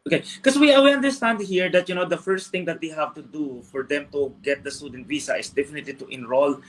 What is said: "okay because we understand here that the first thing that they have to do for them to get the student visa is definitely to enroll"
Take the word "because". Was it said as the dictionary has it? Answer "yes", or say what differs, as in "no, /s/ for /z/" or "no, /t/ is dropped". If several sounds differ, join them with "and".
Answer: no, /z/ is dropped